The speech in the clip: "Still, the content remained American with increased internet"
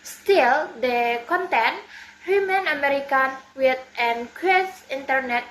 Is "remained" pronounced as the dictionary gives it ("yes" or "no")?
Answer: no